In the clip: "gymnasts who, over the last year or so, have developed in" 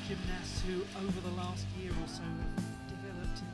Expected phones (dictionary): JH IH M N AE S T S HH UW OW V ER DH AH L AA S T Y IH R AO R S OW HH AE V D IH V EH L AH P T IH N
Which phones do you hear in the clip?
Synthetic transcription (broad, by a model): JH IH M N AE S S HH UW OW V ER DH AH L AA S T Y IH R AO L S OW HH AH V D IH V EH L AH P T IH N